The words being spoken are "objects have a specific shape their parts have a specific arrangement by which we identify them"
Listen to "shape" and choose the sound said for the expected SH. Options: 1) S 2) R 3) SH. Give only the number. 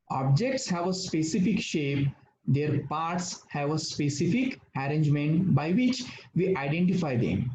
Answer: 3